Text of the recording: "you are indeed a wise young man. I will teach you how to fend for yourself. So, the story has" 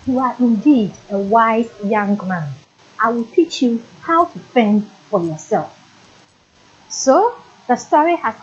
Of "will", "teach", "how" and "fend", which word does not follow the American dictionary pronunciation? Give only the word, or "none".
none